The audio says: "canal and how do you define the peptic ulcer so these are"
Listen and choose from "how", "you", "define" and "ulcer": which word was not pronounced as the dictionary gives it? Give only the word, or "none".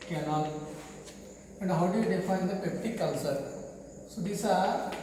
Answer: ulcer